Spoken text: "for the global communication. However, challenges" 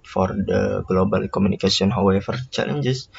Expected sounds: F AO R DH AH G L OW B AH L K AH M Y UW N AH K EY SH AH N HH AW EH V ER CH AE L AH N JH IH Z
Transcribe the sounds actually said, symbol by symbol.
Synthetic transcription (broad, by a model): F AO R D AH G L OW B AH L K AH M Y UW N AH K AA S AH N HH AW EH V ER CH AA L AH N JH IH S